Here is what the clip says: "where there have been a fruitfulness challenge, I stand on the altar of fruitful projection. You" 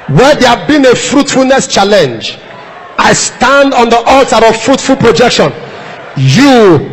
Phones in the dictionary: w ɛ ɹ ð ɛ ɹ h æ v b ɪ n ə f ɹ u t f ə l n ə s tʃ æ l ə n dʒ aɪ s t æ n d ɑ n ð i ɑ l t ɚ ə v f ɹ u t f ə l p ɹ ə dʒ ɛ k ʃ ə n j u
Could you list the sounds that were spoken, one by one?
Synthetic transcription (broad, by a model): w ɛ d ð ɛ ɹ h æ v b ɪ n ə f ɹ u t f ə l n ə s tʃ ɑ l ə n dʒ aɪ s t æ n d ɑ n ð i ɑ l t ɚ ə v f ɹ u t f ə l p ɹ ə dʒ ɛ k ʃ ə n j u